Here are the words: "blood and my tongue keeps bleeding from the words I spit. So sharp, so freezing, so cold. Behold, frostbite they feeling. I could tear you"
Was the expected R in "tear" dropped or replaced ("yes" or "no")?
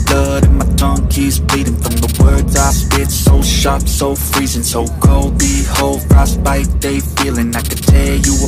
yes